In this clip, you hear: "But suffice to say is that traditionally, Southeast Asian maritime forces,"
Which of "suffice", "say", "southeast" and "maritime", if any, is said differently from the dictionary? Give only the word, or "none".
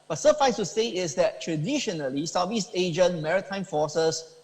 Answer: southeast